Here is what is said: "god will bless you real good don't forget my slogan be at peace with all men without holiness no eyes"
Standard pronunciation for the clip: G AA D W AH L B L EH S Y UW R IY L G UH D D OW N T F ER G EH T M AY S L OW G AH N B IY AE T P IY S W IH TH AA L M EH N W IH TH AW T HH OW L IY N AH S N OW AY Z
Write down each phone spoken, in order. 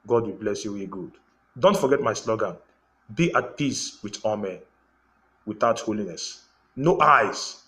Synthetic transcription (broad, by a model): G AA D W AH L B L EH S Y UW W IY G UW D D OW N T F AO G EH T M AY S L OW G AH N B IY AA T P IY S W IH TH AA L M EH N W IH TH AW T HH OW L IY N AH S N OW AY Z